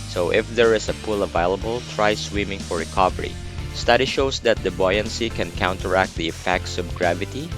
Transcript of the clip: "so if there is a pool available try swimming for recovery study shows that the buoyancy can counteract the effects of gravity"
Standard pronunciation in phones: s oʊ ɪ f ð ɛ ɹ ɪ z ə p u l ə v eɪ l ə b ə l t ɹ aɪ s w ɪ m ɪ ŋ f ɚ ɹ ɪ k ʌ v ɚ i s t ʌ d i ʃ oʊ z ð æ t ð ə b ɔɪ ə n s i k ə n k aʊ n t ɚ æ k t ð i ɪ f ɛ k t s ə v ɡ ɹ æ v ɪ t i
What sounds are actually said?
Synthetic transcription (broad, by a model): s oʊ ɪ f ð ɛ ɹ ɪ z ə p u l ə v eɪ l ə b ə l t ɹ aɪ s w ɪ m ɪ ŋ f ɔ ɹ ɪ k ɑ v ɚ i s t ʌ d i ʃ oʊ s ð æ t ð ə b ɔɪ ə n s i k ə n k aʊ n t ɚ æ k t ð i ɪ f ɛ k t s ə b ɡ ɹ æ v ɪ t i